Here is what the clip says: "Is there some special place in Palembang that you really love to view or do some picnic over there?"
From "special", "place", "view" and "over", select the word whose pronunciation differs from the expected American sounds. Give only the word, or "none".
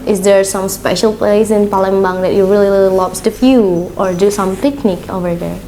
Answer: view